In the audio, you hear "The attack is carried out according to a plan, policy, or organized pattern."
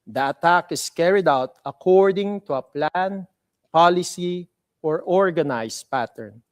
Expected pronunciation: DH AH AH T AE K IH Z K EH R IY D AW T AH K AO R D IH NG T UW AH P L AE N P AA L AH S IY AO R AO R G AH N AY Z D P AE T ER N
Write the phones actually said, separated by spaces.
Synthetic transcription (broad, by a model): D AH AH T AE K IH S K EH R IY D AW T AH K AO R D IH NG T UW AH P L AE N P AA L AH S IY AO R AO R G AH N AY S P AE T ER N